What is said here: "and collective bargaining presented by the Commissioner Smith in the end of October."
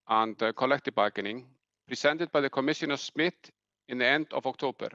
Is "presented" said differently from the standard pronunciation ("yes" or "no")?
yes